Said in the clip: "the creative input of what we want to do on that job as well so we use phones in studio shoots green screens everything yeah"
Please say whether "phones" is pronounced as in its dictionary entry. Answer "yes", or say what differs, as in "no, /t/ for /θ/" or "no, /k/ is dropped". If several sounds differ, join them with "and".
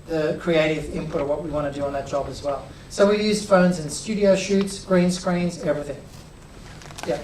yes